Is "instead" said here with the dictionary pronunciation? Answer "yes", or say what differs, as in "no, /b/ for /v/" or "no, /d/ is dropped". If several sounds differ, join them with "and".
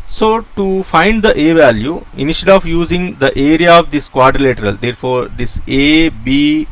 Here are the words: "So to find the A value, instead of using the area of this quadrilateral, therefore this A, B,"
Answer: no, /ʃ/ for /s/ and /d/ is dropped